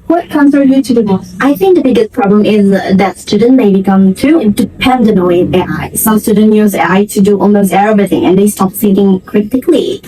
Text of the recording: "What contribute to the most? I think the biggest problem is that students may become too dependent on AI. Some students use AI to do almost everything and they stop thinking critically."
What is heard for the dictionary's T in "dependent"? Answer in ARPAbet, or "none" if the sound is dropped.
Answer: none